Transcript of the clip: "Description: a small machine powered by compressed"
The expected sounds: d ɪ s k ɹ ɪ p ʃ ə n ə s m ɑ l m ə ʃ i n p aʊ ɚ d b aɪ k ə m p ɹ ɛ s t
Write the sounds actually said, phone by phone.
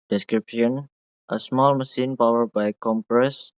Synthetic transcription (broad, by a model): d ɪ s k ɹ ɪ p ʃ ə n ə s m ɑ l m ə s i n p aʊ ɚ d b aɪ k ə m p ɹ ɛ s